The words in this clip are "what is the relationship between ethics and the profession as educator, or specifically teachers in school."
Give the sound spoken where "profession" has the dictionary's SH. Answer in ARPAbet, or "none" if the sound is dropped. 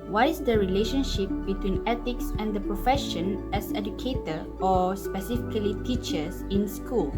SH